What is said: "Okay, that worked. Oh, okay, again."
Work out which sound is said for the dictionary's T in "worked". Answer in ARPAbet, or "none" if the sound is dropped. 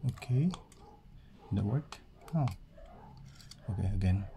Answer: none